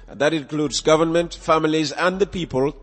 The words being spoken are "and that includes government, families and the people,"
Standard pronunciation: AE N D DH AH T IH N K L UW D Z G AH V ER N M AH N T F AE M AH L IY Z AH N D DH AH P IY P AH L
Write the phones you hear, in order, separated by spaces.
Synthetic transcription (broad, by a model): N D DH AH T IH N K L UW D Z G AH V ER N M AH N T F AE M AH L IY Z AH N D DH AH P IY P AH L